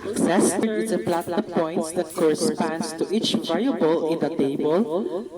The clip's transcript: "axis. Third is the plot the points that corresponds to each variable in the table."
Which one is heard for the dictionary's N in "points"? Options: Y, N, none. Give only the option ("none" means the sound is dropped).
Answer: none